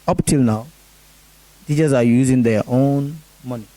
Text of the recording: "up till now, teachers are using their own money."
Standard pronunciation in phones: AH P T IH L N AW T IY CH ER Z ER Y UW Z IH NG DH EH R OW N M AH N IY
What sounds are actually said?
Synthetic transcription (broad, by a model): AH P T IH L N AW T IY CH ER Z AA Y UW Z IH NG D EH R OW N M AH N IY